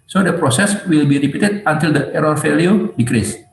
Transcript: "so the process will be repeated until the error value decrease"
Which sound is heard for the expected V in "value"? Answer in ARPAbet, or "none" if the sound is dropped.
F